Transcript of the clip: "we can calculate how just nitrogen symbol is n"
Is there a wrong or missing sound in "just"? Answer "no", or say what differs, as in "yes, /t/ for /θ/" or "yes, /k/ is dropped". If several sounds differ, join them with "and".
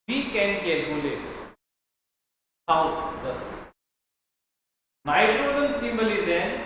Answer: yes, /z/ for /dʒ/